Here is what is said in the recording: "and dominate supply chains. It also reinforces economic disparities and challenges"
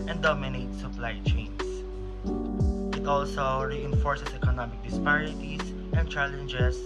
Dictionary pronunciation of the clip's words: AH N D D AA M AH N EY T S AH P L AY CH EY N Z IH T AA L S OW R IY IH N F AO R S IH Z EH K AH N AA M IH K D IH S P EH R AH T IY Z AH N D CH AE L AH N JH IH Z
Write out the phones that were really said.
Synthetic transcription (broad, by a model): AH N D D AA M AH N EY T S AH P L AY CH EY N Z IH T AA L S OW R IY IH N F AO R S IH S EH K AH N AA M IH K D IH S P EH R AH T IY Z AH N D CH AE L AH N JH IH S